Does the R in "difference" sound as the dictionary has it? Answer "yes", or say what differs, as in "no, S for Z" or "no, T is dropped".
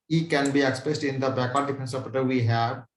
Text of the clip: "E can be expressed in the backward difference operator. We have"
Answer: no, R is dropped